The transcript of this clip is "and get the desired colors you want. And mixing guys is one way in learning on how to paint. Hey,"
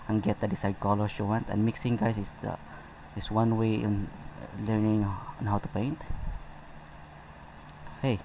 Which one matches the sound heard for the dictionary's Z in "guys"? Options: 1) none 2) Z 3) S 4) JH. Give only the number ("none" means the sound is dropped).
3